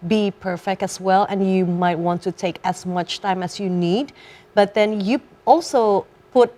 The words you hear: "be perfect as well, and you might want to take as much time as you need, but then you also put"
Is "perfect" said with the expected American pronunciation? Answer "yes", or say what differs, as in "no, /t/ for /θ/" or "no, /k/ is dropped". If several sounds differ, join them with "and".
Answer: yes